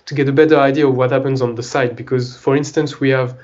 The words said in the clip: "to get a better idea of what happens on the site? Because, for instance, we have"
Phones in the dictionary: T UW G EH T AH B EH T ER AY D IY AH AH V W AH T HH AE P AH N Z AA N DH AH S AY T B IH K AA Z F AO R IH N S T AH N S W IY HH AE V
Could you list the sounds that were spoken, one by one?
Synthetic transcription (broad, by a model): T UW G EH T AH B EH T ER AY D IY AH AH V W AH T HH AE P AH N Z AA N DH AH S AY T B IH K AA Z F AO R IH N S T AH N S W IY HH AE V